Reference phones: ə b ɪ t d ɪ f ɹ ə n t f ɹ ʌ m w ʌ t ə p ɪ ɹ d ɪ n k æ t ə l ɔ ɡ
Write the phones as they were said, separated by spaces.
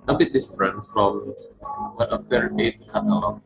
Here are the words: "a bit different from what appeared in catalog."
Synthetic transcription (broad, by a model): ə b ɪ t d ɪ f ɹ ə n t f ɹ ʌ m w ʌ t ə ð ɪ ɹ ɪ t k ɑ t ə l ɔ